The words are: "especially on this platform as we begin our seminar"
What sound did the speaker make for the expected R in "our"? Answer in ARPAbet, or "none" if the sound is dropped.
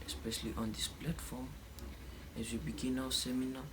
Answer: W